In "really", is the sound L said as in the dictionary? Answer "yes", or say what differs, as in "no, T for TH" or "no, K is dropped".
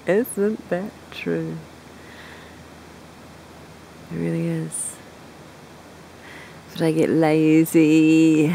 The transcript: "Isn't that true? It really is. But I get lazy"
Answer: yes